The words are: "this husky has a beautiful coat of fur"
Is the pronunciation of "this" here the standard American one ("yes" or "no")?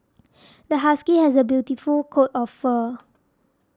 no